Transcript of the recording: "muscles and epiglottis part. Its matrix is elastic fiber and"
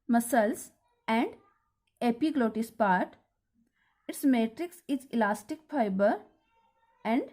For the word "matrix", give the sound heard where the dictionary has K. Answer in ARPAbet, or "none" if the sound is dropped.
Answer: K